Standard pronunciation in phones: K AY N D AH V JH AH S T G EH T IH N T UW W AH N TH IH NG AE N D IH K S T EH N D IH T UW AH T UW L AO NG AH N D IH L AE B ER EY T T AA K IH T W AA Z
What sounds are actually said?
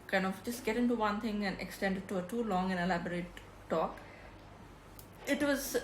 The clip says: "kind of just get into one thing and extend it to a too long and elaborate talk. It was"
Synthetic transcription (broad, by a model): K AY N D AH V JH AH S T G EH T IH N T UW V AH N T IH NG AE N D IH K S T EH N D IH T UW AH T UW L AO NG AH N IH L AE B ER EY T T AA K IH T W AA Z